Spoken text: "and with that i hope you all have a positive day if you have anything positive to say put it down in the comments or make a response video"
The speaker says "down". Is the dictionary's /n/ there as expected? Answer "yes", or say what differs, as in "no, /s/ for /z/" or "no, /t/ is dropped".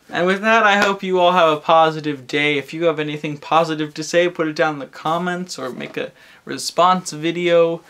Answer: no, /n/ is dropped